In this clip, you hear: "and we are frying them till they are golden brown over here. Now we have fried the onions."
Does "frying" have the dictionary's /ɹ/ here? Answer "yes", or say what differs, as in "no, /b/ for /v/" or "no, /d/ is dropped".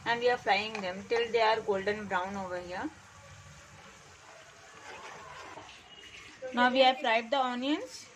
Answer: no, /l/ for /ɹ/